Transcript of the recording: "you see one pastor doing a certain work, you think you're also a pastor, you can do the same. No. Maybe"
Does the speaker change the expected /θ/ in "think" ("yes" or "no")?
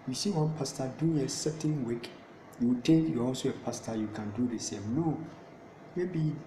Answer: yes